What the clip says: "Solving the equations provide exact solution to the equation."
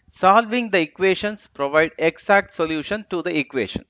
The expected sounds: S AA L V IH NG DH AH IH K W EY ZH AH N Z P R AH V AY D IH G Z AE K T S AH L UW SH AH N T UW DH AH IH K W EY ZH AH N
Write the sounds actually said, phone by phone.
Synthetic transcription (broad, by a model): S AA L V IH NG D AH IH K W EY SH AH N S P R AH V AY D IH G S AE K T S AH L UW SH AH N T UW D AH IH K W EY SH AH N